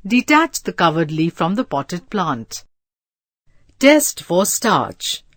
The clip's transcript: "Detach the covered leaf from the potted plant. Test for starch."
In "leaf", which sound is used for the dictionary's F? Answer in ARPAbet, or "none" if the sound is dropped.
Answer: F